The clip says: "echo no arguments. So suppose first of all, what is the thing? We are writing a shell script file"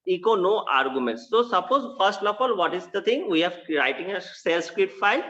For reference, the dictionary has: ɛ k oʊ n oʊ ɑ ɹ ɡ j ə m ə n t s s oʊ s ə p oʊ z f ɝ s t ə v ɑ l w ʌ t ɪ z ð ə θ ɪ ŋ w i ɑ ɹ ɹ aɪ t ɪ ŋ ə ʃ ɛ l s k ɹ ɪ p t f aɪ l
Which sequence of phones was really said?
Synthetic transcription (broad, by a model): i k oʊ n oʊ ɑ ɹ ɡ j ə m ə n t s s oʊ s ə p oʊ z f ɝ s t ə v ɑ l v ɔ t ɪ z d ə t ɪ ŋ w i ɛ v ɹ aɪ t ɪ ŋ ə s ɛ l s k ɹ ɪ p t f aɪ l